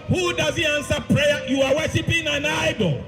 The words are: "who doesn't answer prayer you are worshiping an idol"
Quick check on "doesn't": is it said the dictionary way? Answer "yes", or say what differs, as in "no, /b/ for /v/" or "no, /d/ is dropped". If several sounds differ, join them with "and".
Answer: no, /n/ is dropped